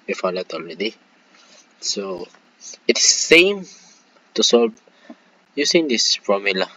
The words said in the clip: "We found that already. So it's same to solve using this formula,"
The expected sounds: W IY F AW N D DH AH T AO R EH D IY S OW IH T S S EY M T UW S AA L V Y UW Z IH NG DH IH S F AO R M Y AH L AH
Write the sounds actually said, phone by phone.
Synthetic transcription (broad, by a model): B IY F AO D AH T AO L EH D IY S OW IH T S S EY M T UW S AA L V Y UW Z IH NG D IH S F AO M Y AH L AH